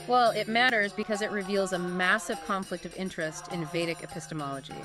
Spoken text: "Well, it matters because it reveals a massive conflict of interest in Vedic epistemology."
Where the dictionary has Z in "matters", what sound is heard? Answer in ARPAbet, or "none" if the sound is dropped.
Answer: Z